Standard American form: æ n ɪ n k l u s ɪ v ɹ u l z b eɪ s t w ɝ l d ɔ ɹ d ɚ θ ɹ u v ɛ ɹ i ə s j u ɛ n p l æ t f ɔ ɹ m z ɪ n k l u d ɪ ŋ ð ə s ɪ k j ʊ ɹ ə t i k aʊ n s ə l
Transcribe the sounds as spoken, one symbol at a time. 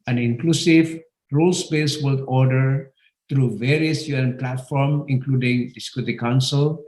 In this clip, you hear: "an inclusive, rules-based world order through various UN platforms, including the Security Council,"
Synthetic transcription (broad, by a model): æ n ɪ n k l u s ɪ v ɹ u l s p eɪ s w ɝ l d ɔ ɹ d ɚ t ɹ u v ɛ ɹ i ə s j u ɛ n p l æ t f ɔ ɹ m ɪ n k l u d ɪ ŋ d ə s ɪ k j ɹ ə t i k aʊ n s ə l